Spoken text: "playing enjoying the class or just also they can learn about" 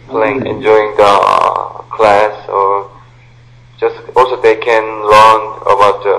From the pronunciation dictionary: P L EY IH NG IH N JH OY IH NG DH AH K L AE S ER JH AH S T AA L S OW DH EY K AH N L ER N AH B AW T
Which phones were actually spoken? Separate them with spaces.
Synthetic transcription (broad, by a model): P L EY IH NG IH N JH OY IH NG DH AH K L AE S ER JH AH S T AA L S OW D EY K AH N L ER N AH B AW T